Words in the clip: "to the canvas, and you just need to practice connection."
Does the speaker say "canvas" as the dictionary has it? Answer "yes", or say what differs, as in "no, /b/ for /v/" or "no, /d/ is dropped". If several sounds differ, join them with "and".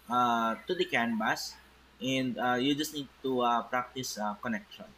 no, /b/ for /v/